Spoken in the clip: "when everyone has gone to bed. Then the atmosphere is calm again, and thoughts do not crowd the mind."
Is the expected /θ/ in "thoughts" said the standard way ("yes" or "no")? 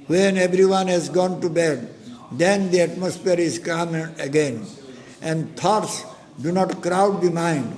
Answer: no